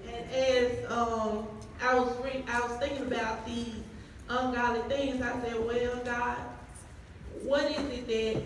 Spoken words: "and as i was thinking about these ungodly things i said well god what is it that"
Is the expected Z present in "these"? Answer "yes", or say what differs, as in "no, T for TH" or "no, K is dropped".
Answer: yes